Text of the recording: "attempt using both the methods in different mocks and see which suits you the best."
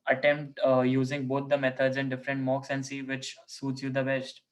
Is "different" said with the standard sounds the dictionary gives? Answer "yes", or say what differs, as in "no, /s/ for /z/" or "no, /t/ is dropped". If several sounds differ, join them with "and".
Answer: yes